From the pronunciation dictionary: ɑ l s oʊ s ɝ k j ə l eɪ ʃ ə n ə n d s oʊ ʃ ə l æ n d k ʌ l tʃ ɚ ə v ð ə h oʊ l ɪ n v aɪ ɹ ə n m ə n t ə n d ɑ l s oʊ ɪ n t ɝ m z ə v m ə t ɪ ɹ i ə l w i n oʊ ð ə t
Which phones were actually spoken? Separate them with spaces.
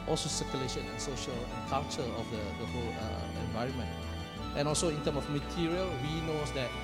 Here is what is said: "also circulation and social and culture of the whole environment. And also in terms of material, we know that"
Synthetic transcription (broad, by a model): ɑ l s oʊ s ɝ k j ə l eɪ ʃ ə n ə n s oʊ ʃ ə l k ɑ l tʃ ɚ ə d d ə h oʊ l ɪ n v aɪ ɹ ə n m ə n t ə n ɑ l s oʊ ɪ n t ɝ m ə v m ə t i ɹ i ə l w i n oʊ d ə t